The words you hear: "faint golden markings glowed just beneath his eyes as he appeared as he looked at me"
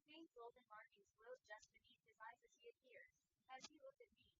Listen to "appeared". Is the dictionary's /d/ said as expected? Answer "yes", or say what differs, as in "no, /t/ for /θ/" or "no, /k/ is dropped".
no, /d/ is dropped